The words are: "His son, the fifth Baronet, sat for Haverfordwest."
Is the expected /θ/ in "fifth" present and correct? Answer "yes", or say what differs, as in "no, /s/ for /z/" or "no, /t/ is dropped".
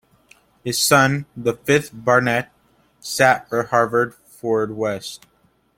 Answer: yes